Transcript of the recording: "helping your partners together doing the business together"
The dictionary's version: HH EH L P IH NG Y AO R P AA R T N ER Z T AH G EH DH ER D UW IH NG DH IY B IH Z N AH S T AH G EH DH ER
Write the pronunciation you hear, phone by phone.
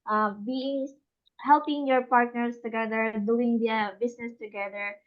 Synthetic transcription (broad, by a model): HH EH L P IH NG Y AO R P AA R T N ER S T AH G EH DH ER D UW IH NG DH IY B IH S N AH S T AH G EH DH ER